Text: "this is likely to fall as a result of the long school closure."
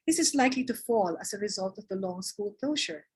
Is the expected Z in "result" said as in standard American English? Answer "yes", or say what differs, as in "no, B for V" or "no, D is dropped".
yes